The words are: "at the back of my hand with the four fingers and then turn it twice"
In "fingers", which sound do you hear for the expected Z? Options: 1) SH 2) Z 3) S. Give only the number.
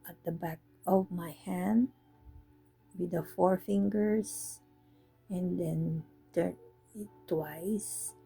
3